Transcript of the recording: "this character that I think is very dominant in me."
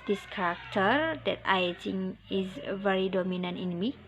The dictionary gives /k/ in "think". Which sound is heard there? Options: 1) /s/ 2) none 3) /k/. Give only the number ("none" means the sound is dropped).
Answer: 2